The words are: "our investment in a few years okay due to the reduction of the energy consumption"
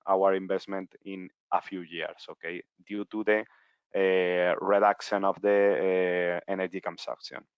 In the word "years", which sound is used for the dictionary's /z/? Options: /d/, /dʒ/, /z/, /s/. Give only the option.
/s/